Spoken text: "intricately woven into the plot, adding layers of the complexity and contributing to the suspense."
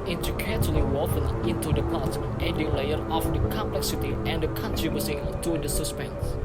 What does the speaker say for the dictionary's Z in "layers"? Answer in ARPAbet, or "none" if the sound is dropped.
none